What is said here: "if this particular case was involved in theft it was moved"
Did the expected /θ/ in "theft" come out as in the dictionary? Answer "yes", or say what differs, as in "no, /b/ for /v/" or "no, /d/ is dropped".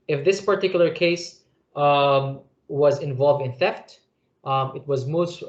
yes